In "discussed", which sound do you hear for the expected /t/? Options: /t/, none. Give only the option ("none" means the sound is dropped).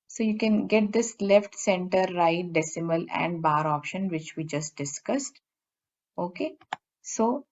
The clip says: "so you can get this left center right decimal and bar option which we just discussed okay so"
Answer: /t/